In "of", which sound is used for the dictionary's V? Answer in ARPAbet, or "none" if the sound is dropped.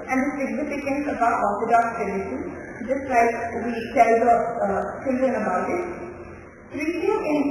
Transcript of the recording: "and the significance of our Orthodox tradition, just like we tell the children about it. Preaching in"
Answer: B